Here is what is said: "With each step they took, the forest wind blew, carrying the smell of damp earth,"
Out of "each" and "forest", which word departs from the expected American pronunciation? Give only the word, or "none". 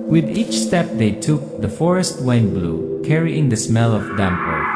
none